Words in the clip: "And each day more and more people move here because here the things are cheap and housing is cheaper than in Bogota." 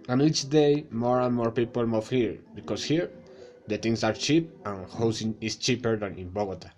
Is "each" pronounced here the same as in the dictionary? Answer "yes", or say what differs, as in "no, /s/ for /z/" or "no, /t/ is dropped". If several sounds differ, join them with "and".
yes